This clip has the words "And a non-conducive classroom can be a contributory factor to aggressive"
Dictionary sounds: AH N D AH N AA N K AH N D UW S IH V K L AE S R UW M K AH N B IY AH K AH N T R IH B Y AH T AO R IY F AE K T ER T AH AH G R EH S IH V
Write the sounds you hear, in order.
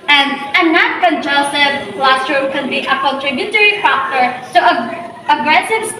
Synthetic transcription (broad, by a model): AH N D AH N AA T K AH N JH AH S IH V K L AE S R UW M K AH N B IY AH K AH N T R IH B Y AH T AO R IY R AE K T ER S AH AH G R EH S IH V